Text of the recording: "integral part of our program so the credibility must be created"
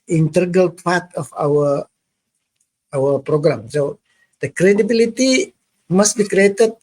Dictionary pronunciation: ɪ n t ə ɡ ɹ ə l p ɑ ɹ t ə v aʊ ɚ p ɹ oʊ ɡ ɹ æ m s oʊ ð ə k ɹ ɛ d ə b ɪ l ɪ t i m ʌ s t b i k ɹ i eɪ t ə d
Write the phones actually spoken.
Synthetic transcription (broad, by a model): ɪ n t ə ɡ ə l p ɑ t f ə w aʊ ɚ p ɹ oʊ ɡ ɹ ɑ m s oʊ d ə k ɹ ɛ d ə b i l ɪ t i m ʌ s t b i k ɹ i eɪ t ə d